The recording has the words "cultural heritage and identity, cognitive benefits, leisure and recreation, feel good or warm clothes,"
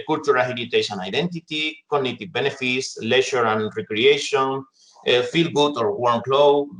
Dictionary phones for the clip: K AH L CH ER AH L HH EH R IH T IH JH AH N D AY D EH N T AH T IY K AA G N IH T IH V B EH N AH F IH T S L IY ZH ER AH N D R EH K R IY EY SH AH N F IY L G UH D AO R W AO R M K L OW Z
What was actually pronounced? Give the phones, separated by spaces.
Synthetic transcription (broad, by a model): K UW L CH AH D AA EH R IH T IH SH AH N AY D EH N T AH T IY K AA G N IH T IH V B EH N AH F IH T S L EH SH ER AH N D R EH K R IY EY SH AH N F IY L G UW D AO R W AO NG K L OW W